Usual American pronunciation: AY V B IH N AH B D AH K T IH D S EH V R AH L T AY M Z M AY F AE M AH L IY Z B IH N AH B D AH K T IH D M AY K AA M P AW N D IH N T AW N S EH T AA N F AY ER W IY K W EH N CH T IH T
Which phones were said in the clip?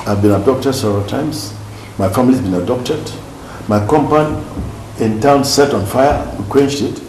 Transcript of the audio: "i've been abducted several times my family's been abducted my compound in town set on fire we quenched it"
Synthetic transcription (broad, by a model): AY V B IH N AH D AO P T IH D S EH V R AH L T AY M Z M AY F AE M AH L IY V B IH N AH D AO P T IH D M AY K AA M P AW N IH N T AW N S EH T AA N F AY ER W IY K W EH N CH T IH T